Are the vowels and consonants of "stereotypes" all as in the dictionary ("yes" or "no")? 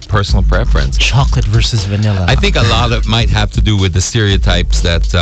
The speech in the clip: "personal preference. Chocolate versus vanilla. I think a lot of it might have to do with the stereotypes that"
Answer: yes